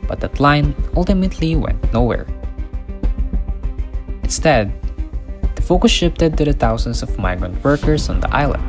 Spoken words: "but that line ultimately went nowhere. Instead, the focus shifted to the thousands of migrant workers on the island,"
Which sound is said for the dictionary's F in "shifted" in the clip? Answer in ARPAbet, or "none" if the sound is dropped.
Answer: P